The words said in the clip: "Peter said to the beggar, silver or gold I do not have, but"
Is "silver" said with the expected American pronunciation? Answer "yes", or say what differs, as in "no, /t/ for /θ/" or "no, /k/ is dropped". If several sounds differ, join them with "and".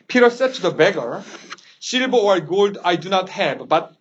no, /b/ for /v/